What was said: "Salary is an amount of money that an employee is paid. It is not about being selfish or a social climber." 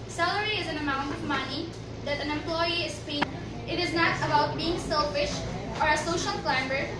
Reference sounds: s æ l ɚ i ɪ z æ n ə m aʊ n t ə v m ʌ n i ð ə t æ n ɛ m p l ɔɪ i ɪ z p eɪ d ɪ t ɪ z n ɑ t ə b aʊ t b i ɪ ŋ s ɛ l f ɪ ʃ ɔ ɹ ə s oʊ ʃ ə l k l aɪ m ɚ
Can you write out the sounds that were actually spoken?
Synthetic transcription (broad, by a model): s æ l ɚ i ɪ z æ n ə m aʊ n t ə v m ʌ n i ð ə t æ n ɛ m p l ɔɪ i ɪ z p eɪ ɪ t ɪ z n ɑ t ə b aʊ t b i ɪ ŋ s ɛ l f ɪ ʃ ɔ ɹ ə s oʊ ʃ ə l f l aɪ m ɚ